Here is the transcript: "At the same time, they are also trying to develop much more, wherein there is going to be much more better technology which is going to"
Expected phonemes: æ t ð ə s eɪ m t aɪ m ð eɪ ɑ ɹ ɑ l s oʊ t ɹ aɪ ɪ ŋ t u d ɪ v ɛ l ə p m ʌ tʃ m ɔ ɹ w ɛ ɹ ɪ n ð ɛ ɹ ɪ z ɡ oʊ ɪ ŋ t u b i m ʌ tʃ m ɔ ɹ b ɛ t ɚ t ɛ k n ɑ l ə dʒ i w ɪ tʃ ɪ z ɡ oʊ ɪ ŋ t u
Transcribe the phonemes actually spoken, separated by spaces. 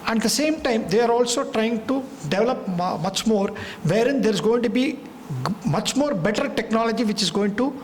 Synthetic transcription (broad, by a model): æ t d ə s eɪ m t aɪ m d eɪ ɑ ɹ ɑ l s oʊ t ɹ aɪ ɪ ŋ t u d ɪ v ɛ l ə p m ʌ tʃ m ɔ ɹ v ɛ ɹ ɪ n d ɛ ɹ ɪ z ɡ oʊ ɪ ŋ t u b i m ʌ tʃ m ɔ ɹ b ɛ t ɚ t ɛ k n ɑ l ə dʒ i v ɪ tʃ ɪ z ɡ oʊ ɪ ŋ t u